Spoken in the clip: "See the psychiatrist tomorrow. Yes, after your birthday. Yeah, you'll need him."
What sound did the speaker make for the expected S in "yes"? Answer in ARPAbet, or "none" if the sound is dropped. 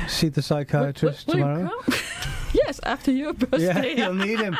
S